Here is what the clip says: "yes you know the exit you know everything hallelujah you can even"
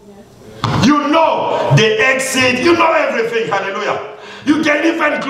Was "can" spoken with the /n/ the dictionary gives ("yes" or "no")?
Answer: no